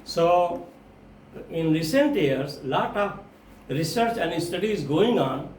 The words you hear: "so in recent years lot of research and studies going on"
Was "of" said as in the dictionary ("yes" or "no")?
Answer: no